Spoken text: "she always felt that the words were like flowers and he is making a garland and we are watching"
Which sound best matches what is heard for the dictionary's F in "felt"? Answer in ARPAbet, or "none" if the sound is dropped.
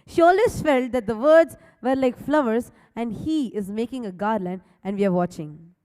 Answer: F